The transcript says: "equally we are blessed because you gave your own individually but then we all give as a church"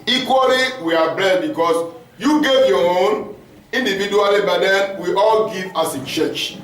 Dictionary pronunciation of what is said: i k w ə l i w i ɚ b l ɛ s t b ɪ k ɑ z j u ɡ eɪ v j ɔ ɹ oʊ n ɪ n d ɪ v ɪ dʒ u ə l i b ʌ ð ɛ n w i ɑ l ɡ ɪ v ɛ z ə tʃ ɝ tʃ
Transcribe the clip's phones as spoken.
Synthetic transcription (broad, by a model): i k w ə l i w i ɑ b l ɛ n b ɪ k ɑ s j u ɡ eɪ v j ɔ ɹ oʊ n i n d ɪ v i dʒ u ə l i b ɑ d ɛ n w i ɑ l ɡ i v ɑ s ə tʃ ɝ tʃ